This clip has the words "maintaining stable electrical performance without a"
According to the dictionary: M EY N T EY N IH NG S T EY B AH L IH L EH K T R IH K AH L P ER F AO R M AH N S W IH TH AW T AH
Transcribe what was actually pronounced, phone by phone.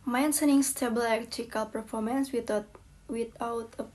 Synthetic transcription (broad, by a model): M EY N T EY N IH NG S T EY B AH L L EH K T IH K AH L P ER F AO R M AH N S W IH T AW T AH